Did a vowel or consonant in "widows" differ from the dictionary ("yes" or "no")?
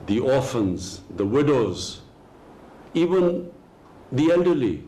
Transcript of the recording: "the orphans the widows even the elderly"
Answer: no